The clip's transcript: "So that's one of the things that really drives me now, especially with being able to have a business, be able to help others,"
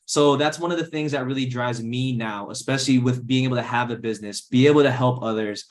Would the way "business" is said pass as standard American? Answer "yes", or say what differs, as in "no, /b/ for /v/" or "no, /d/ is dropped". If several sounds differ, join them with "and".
yes